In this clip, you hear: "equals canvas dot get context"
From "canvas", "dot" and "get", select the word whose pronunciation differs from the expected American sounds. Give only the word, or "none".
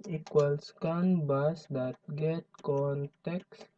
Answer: canvas